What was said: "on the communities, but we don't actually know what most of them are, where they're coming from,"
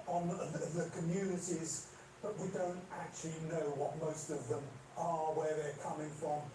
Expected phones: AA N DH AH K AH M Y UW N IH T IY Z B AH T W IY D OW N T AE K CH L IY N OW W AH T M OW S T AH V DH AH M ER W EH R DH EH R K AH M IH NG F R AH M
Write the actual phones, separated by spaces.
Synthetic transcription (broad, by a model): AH N DH AH K AH M Y UW N IH T IY Z B AH T W IY D OW N T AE K CH L IY N OW W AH T M OW S T AH V DH AH M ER W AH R DH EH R K AH M IH NG F R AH M